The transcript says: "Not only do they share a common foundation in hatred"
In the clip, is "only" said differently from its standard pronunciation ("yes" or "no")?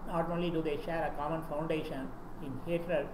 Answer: yes